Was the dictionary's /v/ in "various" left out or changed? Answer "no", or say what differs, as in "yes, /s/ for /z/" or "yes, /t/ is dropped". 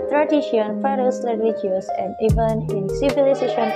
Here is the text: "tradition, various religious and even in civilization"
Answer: yes, /f/ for /v/